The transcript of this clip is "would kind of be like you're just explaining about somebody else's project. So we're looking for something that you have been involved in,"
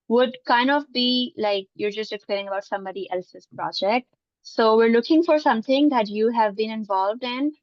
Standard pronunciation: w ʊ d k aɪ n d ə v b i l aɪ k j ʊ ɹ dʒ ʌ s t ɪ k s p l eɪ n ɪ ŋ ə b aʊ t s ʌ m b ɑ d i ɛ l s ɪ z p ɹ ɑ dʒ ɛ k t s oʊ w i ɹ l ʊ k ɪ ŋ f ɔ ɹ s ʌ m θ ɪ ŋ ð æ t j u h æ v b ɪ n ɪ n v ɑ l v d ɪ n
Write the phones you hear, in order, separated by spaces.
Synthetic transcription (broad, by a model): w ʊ d k aɪ n d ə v b i l aɪ k j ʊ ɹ dʒ ʌ s t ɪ k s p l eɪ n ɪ ŋ ə b aʊ t s ʌ m b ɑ d i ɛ l s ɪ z p ɹ ɑ dʒ ɛ k t s oʊ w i ɹ l ʊ k ɪ ŋ f ɔ ɹ s ʌ m t ɪ ŋ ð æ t j u h æ v b ɪ n ɪ n v ɑ l v d ɪ n